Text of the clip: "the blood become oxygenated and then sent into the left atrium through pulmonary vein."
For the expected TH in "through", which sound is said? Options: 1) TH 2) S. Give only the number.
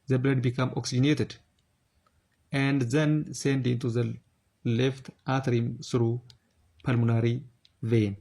2